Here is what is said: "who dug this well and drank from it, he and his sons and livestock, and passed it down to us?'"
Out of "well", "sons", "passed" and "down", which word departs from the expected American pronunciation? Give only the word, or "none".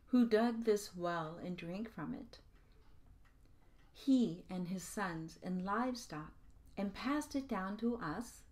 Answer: none